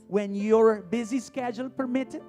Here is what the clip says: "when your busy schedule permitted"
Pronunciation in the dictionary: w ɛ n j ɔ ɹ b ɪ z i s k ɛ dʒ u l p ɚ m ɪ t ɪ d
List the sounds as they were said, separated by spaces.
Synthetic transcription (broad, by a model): w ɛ n j ɔ ɹ b ɪ z i s k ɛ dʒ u l p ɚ m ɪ t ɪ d